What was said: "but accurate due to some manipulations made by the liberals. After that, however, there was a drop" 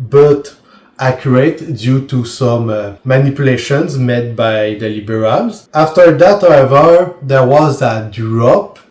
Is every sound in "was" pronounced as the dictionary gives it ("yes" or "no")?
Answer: yes